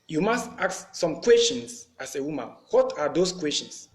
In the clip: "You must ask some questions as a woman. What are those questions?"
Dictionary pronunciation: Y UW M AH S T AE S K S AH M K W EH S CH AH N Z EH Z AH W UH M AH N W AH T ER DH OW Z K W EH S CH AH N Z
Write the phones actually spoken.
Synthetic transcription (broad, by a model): Y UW M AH S T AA K S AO M K W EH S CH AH N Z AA S AH W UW M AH N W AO T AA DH OW S K W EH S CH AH N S